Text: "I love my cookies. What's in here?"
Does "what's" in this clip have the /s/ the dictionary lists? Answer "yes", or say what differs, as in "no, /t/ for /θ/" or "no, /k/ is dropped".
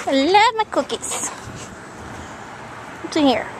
no, /s/ is dropped